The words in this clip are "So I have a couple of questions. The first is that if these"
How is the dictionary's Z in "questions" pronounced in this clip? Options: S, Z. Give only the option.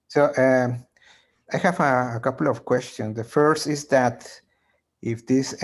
S